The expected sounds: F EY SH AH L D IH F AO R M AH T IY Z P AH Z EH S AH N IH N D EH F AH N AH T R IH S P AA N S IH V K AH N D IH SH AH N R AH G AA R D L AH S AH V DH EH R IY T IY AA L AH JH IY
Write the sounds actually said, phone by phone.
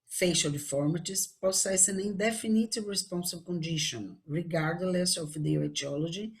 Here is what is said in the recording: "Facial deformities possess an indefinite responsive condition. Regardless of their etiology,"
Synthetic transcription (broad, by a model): F EY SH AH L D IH F AO R M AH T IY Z P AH S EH S AH N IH N D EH F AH N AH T R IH S P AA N S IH B K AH N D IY SH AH N R AH G AA R D L AH S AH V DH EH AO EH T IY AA L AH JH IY